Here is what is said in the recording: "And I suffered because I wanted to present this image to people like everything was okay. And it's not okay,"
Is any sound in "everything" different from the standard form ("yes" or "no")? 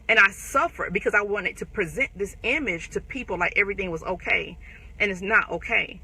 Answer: no